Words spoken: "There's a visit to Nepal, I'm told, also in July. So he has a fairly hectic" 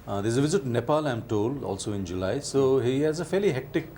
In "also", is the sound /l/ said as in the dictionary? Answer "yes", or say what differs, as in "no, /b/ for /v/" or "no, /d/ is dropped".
yes